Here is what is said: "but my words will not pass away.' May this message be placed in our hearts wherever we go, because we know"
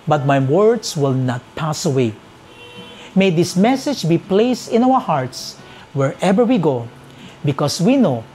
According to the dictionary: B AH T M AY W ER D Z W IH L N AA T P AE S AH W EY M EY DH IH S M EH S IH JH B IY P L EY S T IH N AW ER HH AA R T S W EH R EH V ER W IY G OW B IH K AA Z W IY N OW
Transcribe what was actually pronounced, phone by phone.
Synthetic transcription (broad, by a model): B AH T M AY W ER D S W IH L N AA T P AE S AH W EY M EY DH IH S M EH S IH JH B IY P L EY S T IH N AW ER HH AA R T S W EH R EH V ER W IY G OW B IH K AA S W IY N OW